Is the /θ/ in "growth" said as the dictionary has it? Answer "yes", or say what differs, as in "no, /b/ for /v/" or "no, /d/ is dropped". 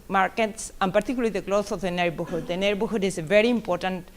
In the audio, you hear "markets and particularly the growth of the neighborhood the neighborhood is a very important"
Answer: no, /s/ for /θ/